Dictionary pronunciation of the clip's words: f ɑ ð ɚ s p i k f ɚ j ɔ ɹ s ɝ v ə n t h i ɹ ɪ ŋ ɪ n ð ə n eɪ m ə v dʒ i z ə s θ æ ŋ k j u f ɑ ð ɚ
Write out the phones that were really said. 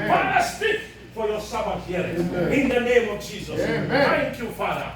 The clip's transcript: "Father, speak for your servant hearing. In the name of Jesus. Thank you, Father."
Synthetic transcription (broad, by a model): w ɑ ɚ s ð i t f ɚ j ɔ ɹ s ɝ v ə t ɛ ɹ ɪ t ɪ n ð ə n eɪ m ə v dʒ i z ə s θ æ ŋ k j u f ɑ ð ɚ